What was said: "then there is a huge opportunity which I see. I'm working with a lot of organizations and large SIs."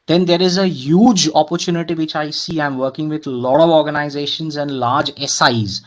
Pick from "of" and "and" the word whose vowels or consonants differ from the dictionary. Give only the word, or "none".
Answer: none